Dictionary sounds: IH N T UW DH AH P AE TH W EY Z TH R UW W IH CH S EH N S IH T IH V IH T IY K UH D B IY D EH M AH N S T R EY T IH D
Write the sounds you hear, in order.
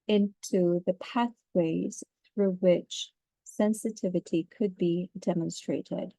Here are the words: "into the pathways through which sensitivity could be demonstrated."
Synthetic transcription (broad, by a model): IH N T UW DH AH P AE TH W EY Z TH R UW W IH CH S EH N S IH T IH V IH T IY K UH D B IY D EH M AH N S T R EY T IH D